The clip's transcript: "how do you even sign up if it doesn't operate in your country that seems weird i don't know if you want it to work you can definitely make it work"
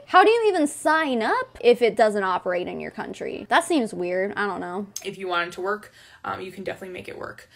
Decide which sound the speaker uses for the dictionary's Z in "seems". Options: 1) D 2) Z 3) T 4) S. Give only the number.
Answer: 2